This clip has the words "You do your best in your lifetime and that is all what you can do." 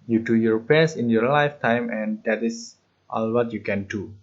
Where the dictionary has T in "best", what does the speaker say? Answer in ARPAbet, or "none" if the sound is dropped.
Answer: none